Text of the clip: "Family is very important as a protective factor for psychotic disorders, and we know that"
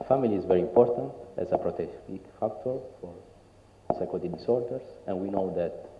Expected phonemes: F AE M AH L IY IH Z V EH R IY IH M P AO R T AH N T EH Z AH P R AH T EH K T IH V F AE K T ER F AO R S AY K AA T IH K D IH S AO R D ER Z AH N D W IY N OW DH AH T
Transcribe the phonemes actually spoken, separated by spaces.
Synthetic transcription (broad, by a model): F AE M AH L IY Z V EH R IY IH M P AO R T AH N T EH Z AH P R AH T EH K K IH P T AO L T F AO R S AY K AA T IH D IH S AO R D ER S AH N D W IY N OW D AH T